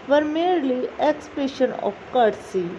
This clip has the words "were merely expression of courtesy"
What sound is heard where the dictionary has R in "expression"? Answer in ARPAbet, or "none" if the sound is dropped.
none